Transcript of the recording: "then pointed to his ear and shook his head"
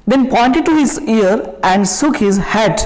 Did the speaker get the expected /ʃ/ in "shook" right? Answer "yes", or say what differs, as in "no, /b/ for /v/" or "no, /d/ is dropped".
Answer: no, /s/ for /ʃ/